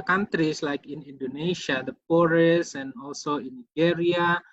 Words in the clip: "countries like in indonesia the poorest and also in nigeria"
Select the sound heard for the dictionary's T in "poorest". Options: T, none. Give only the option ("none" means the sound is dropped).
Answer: none